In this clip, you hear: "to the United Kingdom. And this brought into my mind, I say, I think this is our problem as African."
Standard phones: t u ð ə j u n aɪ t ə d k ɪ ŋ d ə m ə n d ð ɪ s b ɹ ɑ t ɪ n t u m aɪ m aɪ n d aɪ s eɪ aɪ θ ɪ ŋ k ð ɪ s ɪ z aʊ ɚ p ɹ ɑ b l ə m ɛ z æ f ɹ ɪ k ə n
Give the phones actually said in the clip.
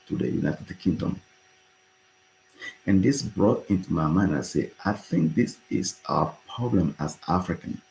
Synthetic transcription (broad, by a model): t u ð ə j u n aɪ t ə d k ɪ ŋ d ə m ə n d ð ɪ s b ɹ ɑ t ɪ n t u m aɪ m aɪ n aɪ s eɪ aɪ θ ɪ ŋ k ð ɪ s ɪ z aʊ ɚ p ɹ ɑ b l ə m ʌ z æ f ɹ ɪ k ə n